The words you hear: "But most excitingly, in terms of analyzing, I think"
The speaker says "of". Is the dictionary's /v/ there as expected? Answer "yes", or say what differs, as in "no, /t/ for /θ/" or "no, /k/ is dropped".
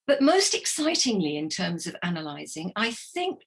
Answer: yes